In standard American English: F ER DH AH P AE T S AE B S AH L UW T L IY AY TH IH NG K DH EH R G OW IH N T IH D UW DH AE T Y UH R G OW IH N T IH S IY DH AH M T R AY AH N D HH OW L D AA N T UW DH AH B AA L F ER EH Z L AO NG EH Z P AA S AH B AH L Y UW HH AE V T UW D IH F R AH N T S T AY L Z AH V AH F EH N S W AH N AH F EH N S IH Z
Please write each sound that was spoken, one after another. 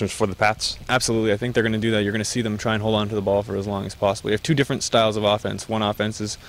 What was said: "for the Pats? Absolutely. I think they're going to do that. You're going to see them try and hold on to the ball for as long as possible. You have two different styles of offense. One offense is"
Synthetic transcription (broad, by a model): F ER DH AH P AE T S AE B S AH L UW T L IY AY TH IH NG K DH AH R G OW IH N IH D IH DH AE T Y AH R G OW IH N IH S IY DH AH M T R AY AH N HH OW L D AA N T UW DH AH B AA L F ER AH Z L AO NG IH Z P AA S AH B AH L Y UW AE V T UW D IH F R AH N T S T AY L Z AH V AH F EH N S W AH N AH F EH N S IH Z